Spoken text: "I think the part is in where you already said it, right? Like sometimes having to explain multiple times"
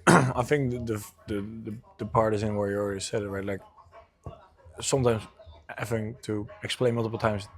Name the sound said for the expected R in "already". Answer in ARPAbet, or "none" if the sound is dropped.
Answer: L